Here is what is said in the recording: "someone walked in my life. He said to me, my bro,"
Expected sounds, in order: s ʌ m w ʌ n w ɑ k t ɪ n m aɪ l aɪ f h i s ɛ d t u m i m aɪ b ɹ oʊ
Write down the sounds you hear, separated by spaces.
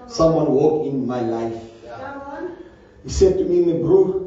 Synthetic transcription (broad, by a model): s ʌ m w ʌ n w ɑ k ɪ n m aɪ l aɪ f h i s ɛ d t u m i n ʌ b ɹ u